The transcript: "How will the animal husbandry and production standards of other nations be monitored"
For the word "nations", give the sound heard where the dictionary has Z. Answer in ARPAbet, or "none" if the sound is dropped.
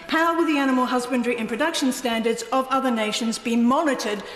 Z